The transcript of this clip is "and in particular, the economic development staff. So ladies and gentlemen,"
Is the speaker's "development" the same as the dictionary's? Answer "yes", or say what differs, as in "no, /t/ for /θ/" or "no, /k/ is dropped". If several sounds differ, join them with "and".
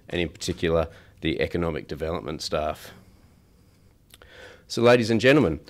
yes